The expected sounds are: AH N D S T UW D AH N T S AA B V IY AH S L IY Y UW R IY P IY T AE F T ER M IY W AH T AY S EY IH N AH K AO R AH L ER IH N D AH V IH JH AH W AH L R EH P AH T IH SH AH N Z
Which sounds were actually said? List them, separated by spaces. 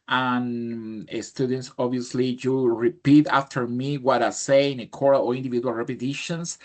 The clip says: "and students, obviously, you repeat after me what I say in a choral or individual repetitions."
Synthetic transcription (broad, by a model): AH N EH S T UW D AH N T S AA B IY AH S L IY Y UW R IY P IY T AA F T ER M IY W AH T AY S EY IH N AH K AO R AH L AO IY N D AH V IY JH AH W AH L R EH P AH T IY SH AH N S